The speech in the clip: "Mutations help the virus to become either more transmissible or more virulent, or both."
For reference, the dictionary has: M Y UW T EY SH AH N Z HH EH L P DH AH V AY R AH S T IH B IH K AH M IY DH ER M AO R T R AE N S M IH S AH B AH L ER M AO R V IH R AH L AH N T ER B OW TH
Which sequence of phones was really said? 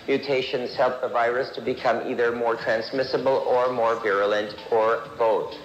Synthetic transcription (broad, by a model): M Y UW T EY SH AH N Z HH EH L P DH AH V AY R AH S T IH B IH K AH M IY DH ER M AO R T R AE N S M IH S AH B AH L ER M AO R V IH R AH L AH N T ER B OW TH